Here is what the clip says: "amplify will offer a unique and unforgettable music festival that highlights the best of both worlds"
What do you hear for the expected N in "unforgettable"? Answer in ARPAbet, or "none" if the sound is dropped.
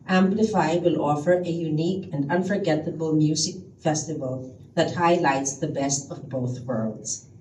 N